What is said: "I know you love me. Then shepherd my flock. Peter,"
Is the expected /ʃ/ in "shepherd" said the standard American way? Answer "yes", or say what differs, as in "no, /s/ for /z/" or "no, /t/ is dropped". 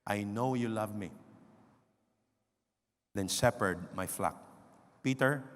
no, /s/ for /ʃ/